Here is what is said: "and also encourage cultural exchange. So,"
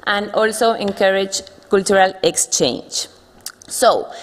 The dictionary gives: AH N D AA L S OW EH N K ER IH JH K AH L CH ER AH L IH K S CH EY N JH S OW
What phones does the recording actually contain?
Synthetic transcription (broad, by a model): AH N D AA L S OW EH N K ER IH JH K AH L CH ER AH L IH K S CH EY N JH S OW